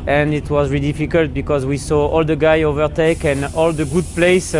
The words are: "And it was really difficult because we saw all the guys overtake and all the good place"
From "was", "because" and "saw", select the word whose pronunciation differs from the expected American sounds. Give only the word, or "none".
none